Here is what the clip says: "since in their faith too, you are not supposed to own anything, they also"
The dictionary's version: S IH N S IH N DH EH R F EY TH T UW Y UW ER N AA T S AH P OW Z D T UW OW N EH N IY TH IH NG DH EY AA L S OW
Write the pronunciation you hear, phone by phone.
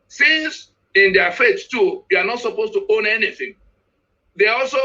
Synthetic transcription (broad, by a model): S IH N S IH N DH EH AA F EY S T UW Y UW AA N AA T S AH P OW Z T UW OW N EH N IY TH IH NG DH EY AA L S OW